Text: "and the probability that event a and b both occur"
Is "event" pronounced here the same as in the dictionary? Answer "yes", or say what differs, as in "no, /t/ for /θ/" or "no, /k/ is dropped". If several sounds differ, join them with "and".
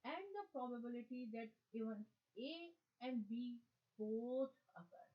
no, /t/ is dropped